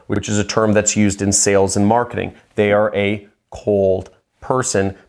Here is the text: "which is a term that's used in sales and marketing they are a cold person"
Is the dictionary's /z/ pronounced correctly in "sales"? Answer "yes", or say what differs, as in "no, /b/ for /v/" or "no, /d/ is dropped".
yes